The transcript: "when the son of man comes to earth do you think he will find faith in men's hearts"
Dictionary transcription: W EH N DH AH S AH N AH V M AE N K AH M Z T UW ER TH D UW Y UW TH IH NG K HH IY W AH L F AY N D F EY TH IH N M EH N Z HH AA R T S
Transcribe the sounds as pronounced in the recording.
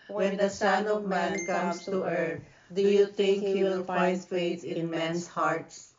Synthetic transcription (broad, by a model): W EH N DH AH S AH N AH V M AE N K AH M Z T UW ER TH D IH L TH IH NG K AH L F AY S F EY S IH N M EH N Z HH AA R T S